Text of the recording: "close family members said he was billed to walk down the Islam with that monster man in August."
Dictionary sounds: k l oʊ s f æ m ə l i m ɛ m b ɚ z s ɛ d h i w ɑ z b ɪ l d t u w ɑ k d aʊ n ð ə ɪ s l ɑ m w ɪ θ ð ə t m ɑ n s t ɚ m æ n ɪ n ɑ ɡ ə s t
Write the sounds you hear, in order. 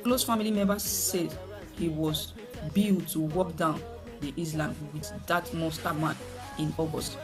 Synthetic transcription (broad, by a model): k l oʊ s f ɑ m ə l i m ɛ m b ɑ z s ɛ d h i w ɑ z b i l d t u w ɑ k d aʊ n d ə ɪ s l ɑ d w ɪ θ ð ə t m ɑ s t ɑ m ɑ n ɪ n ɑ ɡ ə s t